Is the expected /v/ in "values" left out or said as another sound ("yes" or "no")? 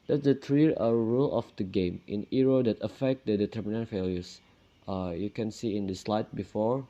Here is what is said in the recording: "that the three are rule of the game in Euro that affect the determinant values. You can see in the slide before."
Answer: yes